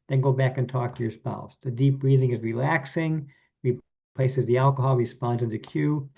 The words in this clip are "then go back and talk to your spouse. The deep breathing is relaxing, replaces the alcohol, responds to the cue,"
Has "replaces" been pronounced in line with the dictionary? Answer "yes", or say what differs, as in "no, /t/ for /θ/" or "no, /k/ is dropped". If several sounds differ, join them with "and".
yes